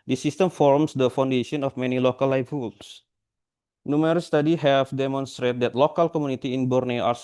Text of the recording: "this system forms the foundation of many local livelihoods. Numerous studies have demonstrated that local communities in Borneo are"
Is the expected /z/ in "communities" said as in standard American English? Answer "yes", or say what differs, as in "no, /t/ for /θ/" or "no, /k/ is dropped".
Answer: no, /z/ is dropped